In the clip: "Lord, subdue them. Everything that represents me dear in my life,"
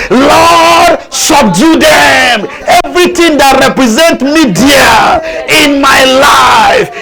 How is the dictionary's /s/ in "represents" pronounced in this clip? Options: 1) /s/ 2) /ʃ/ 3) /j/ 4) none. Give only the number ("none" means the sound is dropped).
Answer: 4